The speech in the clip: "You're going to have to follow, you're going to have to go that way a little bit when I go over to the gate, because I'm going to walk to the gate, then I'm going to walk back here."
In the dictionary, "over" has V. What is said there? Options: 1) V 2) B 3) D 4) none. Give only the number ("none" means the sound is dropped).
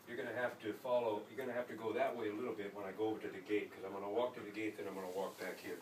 1